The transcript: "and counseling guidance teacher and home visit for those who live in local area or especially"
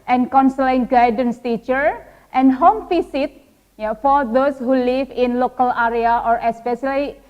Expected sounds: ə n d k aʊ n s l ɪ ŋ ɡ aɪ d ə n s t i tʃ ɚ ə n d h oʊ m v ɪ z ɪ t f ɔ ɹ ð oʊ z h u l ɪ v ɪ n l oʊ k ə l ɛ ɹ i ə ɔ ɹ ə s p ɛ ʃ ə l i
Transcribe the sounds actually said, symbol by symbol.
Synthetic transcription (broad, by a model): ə n k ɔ n s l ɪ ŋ ɡ aɪ d ə n s t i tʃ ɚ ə n h oʊ m f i s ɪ t f ɔ ɹ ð oʊ s h u l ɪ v ɪ n l oʊ k ə l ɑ ɹ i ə ɔ ɹ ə s p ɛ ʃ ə l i